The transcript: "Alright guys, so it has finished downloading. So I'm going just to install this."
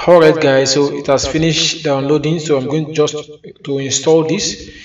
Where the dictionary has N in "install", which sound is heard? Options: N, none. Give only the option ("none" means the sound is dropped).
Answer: N